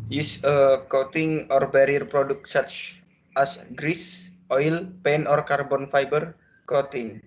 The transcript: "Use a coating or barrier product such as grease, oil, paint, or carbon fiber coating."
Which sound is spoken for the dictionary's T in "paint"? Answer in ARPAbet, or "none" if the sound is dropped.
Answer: none